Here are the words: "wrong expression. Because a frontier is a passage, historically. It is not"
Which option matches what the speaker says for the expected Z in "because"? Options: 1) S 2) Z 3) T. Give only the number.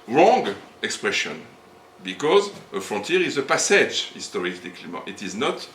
2